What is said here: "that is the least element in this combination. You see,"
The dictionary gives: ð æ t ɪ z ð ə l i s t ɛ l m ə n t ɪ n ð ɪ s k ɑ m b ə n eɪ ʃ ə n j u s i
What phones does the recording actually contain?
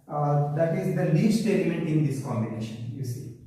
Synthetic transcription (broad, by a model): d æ t ɪ z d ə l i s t ɛ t m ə n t ɪ n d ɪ s k ɑ m b ə n eɪ ʃ ə n j u s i